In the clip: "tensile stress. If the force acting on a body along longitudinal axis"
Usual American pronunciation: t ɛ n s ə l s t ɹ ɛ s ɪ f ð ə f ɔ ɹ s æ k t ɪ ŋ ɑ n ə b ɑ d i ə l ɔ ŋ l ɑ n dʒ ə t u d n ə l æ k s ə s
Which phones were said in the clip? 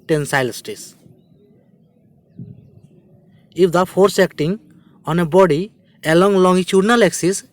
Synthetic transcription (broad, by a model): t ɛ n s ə l s t i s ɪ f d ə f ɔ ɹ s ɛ k t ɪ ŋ ɑ n ə b ɑ d i ə l ɔ ŋ l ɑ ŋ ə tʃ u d n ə l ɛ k s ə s